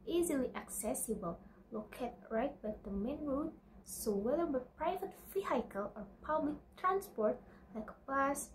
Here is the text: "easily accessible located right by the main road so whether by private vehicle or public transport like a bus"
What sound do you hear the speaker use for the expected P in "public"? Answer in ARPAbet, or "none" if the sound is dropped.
P